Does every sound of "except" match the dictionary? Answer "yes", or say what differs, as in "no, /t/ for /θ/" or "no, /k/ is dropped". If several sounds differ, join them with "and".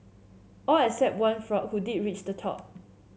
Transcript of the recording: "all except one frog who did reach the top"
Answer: no, /k/ is dropped